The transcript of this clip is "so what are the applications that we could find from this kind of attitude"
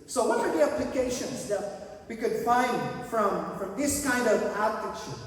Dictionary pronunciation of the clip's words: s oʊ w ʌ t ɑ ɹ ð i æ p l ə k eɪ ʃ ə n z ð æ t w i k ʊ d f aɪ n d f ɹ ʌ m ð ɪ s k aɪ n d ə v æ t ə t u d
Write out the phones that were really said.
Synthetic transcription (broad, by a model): s oʊ w ʌ t ɑ ɹ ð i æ p l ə k eɪ ʃ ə n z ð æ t w i k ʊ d f aɪ n d f ɹ ʌ m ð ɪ s k aɪ n d ə v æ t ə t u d